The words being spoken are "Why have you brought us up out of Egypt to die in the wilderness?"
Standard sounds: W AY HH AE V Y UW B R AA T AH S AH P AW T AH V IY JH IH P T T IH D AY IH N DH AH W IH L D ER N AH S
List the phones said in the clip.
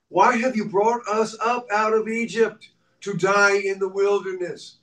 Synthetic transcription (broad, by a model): W AY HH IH V Y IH B R AA T AH S AH P AW T AH V IY JH IH P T T IH D AY IH N DH AH W IH L D ER N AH S